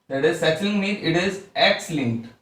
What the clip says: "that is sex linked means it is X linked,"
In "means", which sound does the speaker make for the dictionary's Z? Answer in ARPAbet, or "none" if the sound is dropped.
none